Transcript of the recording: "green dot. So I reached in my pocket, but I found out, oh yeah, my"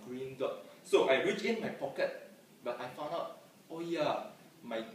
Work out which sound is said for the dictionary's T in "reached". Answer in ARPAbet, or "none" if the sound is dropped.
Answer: none